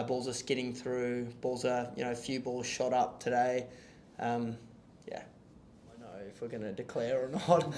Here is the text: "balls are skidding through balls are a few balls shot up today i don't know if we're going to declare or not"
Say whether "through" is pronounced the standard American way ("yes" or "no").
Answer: yes